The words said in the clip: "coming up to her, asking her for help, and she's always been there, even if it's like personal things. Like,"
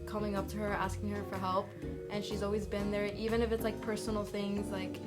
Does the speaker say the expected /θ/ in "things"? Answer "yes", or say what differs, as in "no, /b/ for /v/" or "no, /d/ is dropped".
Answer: yes